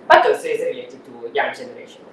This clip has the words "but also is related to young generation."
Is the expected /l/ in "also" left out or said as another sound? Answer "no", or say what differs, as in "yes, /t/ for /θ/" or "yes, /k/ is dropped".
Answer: yes, /l/ is dropped